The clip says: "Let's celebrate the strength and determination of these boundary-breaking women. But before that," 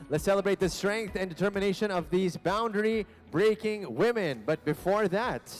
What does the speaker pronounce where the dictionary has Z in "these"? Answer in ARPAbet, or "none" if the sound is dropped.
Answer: Z